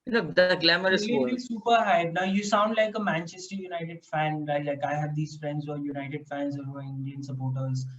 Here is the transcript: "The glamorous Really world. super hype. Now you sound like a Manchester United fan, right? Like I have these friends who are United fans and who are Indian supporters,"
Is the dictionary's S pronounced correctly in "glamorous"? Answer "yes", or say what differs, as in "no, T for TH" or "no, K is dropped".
no, S is dropped